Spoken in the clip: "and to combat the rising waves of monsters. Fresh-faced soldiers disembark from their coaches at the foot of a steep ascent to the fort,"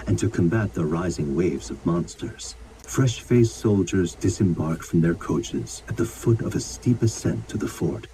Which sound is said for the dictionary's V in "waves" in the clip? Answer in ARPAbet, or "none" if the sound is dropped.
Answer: V